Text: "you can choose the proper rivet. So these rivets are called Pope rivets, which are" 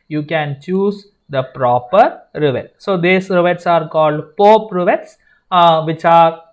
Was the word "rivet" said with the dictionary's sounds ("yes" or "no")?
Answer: yes